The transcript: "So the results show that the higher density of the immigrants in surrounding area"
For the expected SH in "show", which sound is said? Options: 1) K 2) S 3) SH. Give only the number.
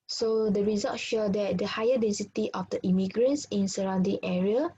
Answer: 3